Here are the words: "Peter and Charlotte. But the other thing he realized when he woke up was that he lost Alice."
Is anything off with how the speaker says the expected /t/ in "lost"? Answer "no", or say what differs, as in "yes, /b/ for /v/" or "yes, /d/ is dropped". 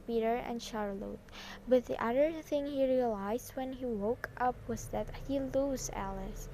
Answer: yes, /t/ is dropped